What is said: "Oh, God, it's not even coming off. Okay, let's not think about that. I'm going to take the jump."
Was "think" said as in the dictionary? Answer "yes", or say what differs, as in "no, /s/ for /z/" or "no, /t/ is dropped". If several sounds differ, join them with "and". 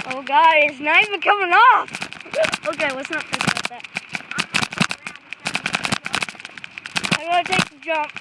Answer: no, /ŋ/ is dropped